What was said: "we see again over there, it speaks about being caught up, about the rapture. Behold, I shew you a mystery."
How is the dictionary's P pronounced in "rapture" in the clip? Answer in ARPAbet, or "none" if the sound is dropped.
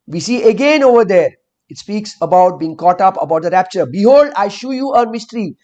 P